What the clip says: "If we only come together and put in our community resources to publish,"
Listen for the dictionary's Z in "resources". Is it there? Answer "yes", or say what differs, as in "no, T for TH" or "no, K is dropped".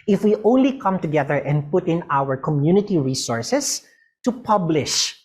no, S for Z